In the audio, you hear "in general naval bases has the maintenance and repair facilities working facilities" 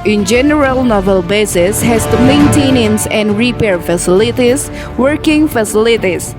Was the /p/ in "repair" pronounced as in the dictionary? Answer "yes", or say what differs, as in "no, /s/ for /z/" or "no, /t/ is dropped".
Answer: yes